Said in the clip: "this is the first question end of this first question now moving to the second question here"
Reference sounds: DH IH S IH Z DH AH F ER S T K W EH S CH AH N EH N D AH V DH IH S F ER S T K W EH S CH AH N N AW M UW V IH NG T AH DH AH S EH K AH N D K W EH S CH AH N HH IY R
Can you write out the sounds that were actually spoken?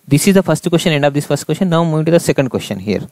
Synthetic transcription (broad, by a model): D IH S IH Z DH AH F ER S T K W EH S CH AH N EH N D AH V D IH S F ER S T K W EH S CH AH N N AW M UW IH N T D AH S EH K AH N D K W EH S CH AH N HH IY R